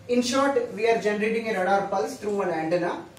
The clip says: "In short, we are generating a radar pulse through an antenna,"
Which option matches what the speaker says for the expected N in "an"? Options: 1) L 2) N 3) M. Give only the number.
1